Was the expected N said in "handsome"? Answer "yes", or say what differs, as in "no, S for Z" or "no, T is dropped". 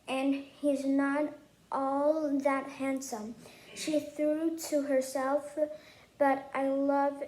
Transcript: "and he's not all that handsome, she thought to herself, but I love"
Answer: yes